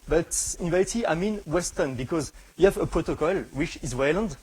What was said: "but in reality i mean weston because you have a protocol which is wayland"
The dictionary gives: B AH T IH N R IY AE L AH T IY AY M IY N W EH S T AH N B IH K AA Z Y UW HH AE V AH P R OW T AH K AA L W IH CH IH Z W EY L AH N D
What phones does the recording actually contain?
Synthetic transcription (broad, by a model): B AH T IH N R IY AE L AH T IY AY M IY N W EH S T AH N B IH K AA Z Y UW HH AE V AH P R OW T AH K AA L W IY CH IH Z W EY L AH N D